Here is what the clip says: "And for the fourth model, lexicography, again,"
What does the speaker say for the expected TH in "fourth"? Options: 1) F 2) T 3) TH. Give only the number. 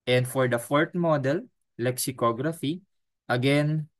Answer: 2